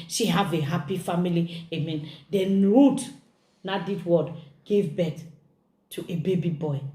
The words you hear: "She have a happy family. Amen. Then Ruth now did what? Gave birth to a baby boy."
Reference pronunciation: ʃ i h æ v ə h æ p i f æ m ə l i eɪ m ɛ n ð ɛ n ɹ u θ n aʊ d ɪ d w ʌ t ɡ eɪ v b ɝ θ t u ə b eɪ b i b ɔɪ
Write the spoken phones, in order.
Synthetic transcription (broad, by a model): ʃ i h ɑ v ə h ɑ p i f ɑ m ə l i eɪ m ɛ n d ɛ n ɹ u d n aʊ d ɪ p w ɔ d ɡ eɪ v b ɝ t t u ə b eɪ b i b ɔɪ